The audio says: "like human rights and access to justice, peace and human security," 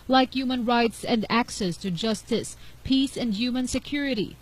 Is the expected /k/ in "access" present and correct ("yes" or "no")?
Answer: yes